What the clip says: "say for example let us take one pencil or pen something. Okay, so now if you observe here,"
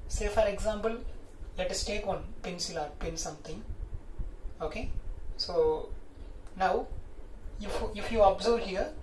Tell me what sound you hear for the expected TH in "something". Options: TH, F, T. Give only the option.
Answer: T